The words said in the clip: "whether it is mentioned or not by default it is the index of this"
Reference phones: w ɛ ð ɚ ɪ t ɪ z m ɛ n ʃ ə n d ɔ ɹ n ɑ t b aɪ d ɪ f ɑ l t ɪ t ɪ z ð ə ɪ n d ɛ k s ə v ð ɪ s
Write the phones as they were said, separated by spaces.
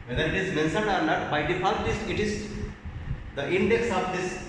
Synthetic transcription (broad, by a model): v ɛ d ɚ ɪ t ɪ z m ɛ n s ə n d ɔ ɹ n ɑ t b aɪ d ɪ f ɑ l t ɪ t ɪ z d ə ɪ n d ɛ k s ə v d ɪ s